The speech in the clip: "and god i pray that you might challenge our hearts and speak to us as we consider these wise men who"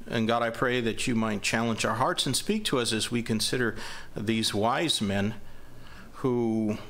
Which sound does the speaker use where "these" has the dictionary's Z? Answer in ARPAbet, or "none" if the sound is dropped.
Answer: Z